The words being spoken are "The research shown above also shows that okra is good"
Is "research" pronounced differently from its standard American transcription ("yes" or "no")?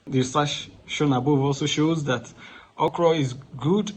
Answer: yes